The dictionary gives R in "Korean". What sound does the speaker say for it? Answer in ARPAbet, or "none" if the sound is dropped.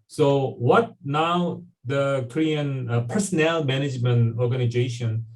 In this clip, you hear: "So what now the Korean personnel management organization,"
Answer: R